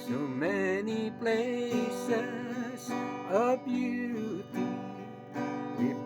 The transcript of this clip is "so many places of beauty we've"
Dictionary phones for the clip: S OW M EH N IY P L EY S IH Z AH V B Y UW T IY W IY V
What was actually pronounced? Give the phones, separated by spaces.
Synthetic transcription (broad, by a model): S OW M EH N IY P L EY S IH Z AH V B Y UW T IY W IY